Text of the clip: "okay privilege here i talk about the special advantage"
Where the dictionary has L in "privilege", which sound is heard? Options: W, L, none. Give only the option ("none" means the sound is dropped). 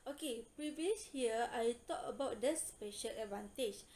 none